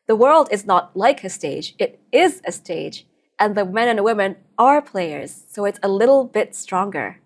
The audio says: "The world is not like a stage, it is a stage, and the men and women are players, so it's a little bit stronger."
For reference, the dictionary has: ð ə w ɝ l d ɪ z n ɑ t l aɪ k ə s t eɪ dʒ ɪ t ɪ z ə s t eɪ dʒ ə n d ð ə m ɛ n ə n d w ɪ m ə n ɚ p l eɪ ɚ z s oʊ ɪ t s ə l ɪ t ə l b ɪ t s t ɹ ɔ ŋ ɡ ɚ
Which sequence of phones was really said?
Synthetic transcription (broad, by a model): ð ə w ɝ l d ɪ z n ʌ t l aɪ k ə s t eɪ dʒ ɪ t ɪ z ə s t eɪ dʒ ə n ð ə m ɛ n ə n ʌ w ɪ m ə n ɚ p l eɪ ɚ z s oʊ ɪ t s ə l ɪ t l b ɪ t s t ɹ ɔ ŋ ɡ ɚ